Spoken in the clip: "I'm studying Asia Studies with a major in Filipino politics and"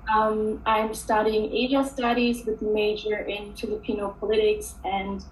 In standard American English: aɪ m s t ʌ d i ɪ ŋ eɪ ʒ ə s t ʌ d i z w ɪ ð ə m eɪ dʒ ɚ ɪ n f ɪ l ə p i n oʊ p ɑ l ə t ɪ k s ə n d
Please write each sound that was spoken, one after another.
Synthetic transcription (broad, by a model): aɪ m s t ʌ d i ɪ ŋ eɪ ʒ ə s t ʌ d i z w ɪ ð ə m eɪ dʒ ɚ ɪ n f ɪ l ə p i n oʊ p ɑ l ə t ɪ k s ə n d